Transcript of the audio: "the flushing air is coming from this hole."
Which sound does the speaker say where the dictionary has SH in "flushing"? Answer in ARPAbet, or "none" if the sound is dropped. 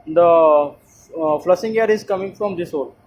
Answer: S